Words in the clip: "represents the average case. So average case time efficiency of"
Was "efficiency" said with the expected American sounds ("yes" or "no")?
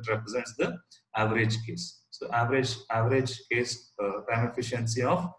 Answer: yes